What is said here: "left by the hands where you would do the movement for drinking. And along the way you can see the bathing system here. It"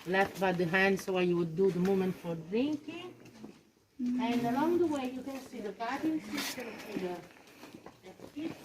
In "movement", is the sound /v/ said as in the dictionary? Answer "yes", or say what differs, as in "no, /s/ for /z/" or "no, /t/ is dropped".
no, /v/ is dropped